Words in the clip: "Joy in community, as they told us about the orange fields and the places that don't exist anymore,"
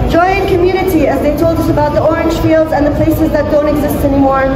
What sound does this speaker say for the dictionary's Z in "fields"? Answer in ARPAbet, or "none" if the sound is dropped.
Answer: Z